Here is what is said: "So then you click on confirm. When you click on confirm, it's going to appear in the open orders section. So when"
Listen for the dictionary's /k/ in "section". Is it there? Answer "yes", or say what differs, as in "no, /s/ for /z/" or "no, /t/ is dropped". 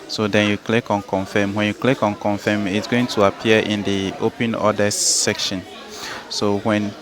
yes